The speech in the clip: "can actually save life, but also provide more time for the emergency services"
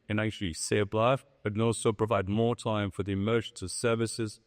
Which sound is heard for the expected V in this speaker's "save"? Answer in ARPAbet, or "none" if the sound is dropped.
B